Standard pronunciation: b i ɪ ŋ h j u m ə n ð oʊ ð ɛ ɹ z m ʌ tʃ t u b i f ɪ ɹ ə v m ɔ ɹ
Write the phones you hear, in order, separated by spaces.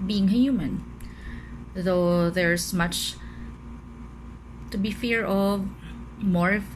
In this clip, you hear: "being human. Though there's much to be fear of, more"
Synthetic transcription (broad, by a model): b i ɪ ŋ h j u m ə n ð oʊ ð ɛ ɹ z m ʌ tʃ t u b i f ɪ ɹ ə v m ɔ ɹ